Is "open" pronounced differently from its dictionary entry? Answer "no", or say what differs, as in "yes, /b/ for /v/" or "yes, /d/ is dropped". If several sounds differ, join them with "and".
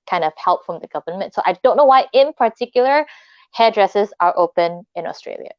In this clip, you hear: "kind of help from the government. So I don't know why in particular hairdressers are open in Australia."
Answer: no